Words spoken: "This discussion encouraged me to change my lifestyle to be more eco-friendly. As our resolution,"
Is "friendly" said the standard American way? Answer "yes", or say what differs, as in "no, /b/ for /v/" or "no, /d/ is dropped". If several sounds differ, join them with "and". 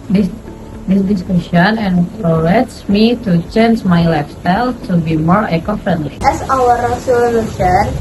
no, /ɹ/ is dropped